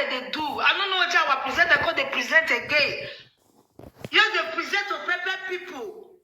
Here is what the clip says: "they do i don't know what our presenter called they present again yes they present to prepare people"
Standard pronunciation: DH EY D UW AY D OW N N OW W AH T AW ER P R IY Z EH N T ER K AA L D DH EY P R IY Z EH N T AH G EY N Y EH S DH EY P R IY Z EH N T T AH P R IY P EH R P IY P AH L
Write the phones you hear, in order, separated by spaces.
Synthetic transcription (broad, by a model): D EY D UW AY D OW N N OW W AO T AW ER P R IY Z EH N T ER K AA D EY P R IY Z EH N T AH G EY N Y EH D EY P R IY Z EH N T T AH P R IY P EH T P IY P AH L